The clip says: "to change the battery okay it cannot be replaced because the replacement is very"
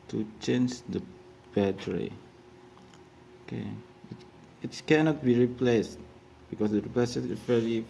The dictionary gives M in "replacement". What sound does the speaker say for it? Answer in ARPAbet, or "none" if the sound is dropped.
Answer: none